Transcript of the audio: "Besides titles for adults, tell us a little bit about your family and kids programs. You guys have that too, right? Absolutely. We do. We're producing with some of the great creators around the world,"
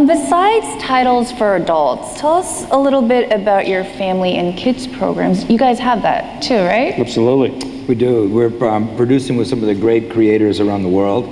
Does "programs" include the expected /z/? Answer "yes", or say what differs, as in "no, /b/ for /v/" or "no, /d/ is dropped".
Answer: yes